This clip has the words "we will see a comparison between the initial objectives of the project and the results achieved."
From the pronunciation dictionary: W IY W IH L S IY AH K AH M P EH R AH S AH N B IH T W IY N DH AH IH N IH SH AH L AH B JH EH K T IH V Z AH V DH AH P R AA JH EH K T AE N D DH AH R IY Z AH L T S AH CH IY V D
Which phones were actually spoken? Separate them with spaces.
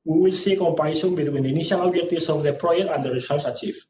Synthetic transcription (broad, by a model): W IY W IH L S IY AH K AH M P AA AH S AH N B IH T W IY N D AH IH N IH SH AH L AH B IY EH T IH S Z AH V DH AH P R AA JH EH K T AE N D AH R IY S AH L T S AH CH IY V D